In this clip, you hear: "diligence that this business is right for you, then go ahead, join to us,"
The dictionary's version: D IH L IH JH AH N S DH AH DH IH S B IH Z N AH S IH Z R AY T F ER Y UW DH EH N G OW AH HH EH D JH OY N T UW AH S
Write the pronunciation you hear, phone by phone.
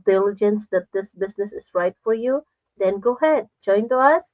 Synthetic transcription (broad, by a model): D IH L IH JH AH N S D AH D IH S B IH S N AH S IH S R AY T F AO Y UW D EH N G OW HH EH D JH OY N T UW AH S